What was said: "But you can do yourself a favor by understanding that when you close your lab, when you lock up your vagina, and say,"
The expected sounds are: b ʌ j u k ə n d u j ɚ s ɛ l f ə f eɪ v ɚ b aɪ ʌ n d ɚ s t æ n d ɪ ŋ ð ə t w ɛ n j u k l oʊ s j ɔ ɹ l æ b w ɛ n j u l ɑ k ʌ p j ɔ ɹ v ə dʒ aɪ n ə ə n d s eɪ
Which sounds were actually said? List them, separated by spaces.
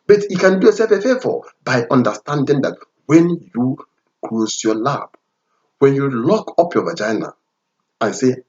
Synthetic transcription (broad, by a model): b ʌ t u k ə n d u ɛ s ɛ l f ə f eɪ f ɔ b aɪ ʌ n d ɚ s t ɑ n d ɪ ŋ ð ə t w ɛ n j u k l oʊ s j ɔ l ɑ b w ɛ n j u l ɑ k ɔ p j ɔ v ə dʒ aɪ n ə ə n s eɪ